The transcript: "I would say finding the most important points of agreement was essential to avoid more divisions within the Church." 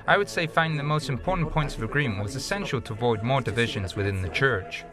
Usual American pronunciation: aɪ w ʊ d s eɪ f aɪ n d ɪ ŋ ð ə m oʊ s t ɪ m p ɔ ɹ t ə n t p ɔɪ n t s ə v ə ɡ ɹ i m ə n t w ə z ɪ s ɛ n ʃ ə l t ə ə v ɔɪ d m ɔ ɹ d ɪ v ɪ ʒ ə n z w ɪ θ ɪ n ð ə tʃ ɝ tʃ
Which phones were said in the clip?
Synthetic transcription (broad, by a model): aɪ w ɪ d s eɪ f aɪ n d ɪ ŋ ð ə m oʊ s t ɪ m p ɔ ɹ t n p ɔɪ n t s ə v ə ɡ ɹ i m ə n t w ə z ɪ s ɛ n ʃ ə l t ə ə v ɔɪ d m ɔ ɹ d ɪ v ɪ ʒ ə n z w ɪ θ ɪ n ð ə tʃ ɝ tʃ